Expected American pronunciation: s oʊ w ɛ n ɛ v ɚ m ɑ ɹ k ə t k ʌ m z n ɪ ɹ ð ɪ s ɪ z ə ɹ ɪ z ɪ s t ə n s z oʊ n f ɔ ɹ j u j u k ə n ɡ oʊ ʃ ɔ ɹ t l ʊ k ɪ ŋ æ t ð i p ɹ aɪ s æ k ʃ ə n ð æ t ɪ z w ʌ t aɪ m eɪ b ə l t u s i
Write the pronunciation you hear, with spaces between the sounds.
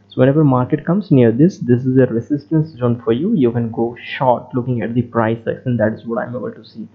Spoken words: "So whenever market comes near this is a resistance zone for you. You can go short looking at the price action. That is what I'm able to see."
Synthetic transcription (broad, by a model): s oʊ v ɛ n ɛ v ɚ m ɑ ɹ k ə t k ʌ m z n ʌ ɹ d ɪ s ɪ z ə ɹ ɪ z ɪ s t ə n s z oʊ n f ɔ ɹ j u j u k ə n ɡ oʊ ʃ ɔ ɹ t l ʊ k ɪ ŋ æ t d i p ɹ aɪ s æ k s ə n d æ t ɪ z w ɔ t aɪ m eɪ b ə l t u s i